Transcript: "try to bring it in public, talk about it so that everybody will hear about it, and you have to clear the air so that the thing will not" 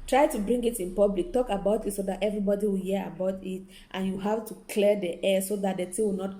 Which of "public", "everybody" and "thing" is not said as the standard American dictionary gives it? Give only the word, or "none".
thing